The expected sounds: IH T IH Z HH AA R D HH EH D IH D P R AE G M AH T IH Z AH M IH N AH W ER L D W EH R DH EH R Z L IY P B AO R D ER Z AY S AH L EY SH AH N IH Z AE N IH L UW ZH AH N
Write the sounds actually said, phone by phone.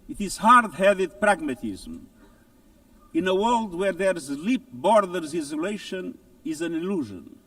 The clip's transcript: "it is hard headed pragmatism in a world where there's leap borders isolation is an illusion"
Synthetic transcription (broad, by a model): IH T IH Z HH AA R D HH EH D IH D P R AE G M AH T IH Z M IH N AH W ER L D W EH R DH EH R Z L IY P B AO R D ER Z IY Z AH L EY SH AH N IH Z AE N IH L UW ZH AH N